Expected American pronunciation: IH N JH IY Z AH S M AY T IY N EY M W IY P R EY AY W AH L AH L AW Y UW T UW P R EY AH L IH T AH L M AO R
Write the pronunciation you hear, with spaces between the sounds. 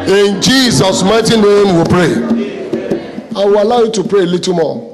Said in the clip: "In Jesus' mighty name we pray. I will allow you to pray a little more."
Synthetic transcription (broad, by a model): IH N JH IY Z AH S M AY T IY N EY M W IY P R EY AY W AH L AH UH Y UW T UW P R EY L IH T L M AO